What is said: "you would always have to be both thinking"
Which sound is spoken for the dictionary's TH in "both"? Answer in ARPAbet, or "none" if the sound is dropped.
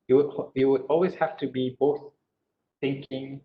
TH